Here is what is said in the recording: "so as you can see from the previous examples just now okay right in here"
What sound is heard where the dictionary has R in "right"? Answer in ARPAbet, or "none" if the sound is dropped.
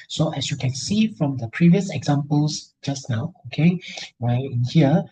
W